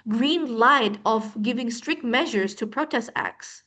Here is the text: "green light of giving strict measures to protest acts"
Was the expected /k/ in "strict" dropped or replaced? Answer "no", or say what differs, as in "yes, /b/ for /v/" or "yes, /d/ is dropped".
no